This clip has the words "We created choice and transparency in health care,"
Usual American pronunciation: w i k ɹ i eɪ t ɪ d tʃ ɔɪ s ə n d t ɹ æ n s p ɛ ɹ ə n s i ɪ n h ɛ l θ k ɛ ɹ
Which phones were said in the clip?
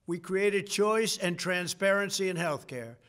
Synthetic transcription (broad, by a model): w i k ɹ i eɪ t ɪ d tʃ ɔɪ s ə n t ɹ æ n s p ɛ ɹ ə n s i ɪ n h ɛ l θ k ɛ ɹ